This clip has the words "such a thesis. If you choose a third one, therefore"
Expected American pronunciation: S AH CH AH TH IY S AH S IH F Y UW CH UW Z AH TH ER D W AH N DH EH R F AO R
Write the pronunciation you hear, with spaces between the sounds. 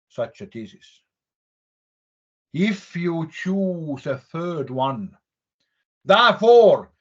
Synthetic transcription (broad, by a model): S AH CH AH T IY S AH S IH F Y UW CH UW Z AH TH ER D W AH N DH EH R F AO R